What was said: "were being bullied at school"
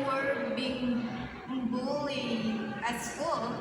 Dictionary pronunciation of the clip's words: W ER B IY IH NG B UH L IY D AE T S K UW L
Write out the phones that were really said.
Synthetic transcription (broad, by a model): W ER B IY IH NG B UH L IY AE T S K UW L